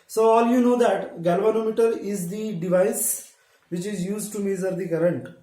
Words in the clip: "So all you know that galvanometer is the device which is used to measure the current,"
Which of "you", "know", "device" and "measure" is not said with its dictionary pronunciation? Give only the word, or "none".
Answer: measure